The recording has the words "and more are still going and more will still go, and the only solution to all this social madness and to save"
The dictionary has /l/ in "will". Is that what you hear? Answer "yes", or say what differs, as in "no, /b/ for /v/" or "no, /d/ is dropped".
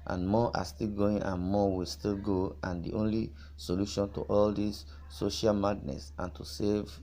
yes